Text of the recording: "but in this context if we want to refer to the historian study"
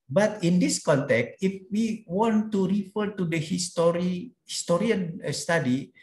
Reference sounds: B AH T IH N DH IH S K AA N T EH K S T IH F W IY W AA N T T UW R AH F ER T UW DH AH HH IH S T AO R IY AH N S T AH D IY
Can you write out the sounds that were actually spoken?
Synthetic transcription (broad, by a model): B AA T IH N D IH S K AA N T EH K S T IH F W IY W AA N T T UW R AH F ER T UW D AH HH IH S T AO R IY AH N S T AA D IY